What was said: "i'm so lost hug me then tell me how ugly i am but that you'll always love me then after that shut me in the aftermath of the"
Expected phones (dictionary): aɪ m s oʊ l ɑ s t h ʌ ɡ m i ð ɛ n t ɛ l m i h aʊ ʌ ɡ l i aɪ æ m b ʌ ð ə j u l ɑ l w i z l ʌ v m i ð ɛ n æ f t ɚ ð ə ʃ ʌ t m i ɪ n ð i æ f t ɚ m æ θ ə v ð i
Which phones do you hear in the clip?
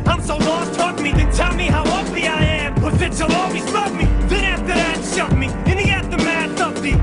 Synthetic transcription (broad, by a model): aɪ m s oʊ l ɑ s t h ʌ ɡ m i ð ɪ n t ɛ l m i h aʊ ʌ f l i aɪ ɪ m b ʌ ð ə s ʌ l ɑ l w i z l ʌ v m i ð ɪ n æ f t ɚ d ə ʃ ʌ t m i ɪ n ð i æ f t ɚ m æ s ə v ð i